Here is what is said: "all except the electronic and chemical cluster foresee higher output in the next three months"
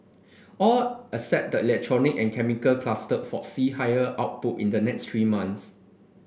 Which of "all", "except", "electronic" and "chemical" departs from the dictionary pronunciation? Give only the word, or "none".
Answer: except